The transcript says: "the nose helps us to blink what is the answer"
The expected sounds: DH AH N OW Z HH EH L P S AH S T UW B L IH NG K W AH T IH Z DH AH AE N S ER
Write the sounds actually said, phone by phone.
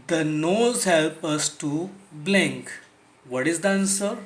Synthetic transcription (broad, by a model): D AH N OW Z HH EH L P AH S T UW B L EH NG K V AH T IH Z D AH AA N S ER